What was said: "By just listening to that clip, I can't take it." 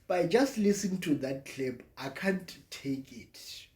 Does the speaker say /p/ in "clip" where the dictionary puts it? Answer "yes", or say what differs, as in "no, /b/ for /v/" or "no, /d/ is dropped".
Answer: no, /b/ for /p/